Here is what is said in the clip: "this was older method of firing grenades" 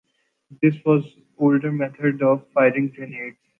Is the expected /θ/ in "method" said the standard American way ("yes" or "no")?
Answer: no